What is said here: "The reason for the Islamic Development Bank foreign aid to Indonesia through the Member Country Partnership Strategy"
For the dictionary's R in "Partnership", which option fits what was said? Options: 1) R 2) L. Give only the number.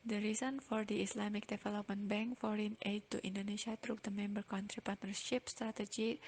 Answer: 1